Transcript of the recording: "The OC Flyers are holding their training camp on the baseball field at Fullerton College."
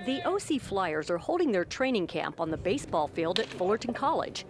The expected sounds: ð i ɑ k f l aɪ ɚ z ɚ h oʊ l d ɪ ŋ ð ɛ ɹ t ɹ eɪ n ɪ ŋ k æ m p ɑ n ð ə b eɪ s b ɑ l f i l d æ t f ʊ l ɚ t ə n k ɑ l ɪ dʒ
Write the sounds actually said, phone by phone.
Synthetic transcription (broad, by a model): ð i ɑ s f l aɪ ɚ z ɚ h oʊ l d ɪ ŋ ð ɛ ɹ t ɹ eɪ n ɪ ŋ k æ m p n ð ə b eɪ s b ɑ l f i l d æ t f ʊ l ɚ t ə n k ɑ l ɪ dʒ